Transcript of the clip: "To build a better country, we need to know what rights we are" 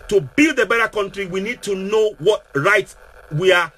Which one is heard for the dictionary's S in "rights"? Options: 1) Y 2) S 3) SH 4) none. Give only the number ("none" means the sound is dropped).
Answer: 4